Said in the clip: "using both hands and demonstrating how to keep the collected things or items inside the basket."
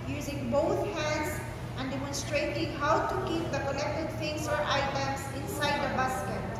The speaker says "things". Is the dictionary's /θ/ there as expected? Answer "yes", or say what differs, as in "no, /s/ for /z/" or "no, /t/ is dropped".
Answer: no, /f/ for /θ/